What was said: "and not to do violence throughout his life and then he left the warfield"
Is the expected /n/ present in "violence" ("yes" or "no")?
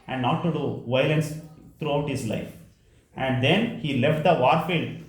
yes